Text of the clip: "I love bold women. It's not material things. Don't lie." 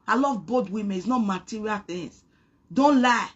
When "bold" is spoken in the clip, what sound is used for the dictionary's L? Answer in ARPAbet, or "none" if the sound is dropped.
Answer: none